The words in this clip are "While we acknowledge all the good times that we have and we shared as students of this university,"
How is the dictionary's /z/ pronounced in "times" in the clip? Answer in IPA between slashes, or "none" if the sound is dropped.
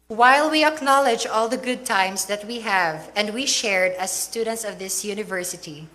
/s/